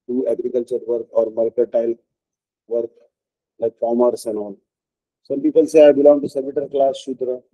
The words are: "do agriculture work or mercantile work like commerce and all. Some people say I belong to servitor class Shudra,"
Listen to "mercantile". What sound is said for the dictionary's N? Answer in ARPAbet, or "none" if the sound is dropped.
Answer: none